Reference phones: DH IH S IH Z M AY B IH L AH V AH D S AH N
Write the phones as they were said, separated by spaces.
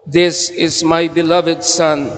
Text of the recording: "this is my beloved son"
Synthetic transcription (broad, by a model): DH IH S IH Z M AY B IH L AH V AH D S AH N